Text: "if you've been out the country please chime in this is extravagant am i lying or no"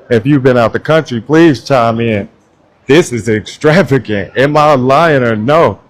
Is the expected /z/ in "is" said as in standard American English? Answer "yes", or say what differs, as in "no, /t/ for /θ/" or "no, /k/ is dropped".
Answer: yes